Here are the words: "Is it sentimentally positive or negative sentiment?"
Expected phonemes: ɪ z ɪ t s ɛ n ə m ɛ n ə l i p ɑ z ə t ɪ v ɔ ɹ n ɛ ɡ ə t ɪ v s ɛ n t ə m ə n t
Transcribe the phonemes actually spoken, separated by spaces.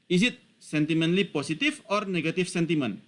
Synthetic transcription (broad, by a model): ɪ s ɪ t s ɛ n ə m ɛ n l i p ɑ s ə t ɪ f ɔ ɹ n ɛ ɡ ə t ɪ f s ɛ n t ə m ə n